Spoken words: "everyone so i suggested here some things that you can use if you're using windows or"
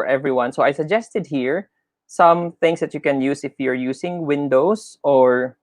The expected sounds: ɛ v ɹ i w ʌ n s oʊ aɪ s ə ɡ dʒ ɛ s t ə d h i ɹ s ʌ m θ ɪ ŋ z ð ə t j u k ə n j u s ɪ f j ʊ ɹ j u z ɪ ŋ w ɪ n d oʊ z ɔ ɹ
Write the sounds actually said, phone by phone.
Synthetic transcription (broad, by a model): ɛ v ɹ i w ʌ n s oʊ aɪ s ə ɡ dʒ ɛ s t ə d h i ɹ s ʌ m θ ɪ ŋ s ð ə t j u k ə n j u s ɪ f j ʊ ɹ j u s ɪ ŋ w ɪ n d oʊ s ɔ ɹ